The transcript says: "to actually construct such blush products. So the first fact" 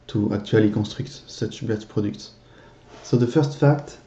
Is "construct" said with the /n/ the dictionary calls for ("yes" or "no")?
no